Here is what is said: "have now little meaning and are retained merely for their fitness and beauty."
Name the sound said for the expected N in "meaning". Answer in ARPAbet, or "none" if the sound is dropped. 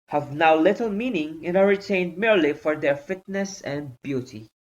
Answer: N